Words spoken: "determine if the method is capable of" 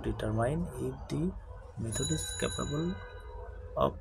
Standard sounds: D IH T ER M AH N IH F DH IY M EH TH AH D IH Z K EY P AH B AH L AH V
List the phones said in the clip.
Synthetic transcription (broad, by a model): D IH T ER M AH N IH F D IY M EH T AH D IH S K EY P AH B AH L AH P